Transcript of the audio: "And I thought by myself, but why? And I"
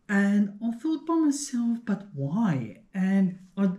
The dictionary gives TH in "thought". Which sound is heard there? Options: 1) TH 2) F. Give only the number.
2